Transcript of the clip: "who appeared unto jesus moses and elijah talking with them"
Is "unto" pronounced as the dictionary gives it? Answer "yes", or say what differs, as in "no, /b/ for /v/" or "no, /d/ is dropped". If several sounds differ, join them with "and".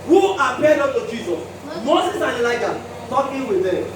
no, /n/ is dropped